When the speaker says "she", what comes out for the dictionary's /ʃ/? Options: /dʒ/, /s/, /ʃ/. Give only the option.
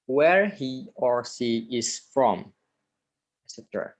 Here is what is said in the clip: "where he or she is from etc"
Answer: /s/